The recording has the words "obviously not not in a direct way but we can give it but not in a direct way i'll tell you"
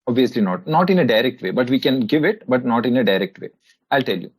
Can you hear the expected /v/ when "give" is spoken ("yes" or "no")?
yes